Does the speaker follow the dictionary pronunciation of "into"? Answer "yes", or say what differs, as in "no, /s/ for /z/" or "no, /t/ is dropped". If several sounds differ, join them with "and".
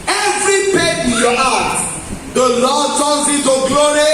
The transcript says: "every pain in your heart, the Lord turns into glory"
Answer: no, /n/ is dropped